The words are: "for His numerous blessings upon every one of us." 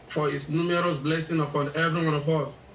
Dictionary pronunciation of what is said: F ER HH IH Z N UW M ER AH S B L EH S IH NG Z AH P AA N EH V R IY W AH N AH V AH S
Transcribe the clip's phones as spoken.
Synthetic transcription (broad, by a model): F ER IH S N UW M ER AH S B L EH S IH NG AH P AA N EH V R IY W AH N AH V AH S